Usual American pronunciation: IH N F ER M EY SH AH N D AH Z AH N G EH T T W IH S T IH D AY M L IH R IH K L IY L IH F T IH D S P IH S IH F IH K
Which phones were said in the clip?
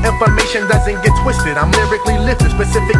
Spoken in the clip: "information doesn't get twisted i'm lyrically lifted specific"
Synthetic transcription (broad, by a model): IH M F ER M EY SH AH N D AH Z AH N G EH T T W IH S T IH D AY M L IH R IH K L IY L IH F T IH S P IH S IH F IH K